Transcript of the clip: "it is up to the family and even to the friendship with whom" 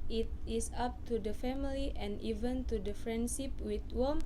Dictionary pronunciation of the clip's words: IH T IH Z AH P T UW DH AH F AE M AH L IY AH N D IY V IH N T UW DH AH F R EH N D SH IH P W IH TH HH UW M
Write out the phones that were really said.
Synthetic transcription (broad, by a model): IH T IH S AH P T UW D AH F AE M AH L IY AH N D IY V IH N T UW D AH F R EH N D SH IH P W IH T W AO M